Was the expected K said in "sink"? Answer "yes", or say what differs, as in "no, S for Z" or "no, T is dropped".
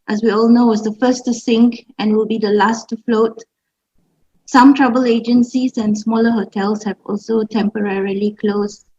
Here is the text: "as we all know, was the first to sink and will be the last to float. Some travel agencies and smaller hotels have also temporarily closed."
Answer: yes